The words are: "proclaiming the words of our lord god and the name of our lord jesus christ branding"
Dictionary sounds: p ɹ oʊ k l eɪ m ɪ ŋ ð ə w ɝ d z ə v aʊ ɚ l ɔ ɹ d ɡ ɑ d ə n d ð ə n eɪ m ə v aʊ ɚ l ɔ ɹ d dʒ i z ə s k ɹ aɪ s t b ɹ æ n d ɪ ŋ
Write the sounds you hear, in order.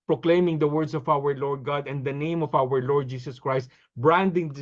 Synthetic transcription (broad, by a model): p ɹ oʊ k l eɪ m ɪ ŋ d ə w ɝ d s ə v aʊ ɚ l ɔ ɹ d ɡ ɑ d ə n d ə n eɪ m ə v aʊ ɚ l ɔ ɹ d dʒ i s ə s k ɹ aɪ s t b ɹ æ n d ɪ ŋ